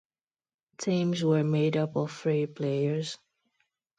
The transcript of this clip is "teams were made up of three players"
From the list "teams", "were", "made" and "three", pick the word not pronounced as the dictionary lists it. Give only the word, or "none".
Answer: three